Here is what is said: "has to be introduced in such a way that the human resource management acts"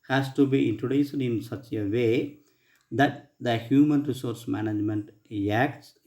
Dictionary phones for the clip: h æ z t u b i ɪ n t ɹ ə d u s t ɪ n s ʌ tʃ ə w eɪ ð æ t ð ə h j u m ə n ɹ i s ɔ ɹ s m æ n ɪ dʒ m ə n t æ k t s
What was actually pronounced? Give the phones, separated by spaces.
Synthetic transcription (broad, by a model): h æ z t u b i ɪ n t ɹ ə d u s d ɪ n s ʌ tʃ ə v eɪ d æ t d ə h j u m ə n ɹ i s ɔ ɹ s m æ n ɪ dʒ m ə n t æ k t s